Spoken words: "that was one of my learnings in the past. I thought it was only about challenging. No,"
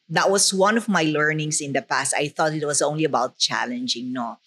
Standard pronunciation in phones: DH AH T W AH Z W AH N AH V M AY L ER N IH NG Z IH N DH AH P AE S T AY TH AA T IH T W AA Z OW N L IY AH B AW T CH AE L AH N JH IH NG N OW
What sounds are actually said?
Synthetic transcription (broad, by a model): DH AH T W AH S W AH N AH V M AY L ER N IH NG S IH N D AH P AE S T AY TH AA T IH T W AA S OW N L IY AH B AW T CH AE L AH N JH IH NG N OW